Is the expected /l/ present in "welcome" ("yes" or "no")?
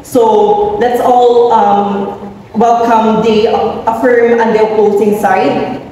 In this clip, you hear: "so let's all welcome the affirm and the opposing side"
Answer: yes